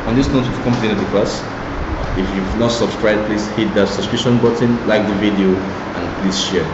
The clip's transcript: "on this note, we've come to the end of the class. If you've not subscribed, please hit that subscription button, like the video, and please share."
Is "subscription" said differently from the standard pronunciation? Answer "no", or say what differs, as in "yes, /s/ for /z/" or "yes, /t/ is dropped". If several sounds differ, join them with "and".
yes, /b/ is dropped